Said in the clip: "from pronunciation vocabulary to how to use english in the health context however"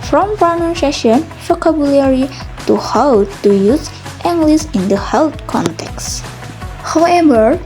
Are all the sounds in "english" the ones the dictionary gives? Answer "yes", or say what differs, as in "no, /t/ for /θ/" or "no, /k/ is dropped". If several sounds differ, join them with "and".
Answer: no, /s/ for /ʃ/